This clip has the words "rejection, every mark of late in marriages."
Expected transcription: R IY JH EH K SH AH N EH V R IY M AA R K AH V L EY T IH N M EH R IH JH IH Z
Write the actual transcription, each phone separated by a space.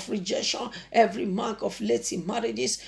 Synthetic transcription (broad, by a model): R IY JH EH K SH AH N EH V R IY M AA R K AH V L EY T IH M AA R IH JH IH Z